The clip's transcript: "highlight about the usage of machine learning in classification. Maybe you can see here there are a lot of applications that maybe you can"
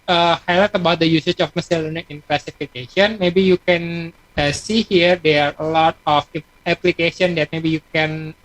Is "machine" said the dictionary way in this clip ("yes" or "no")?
no